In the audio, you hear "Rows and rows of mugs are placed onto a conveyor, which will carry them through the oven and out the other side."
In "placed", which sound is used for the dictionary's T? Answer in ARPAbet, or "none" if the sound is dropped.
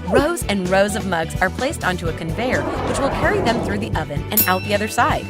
T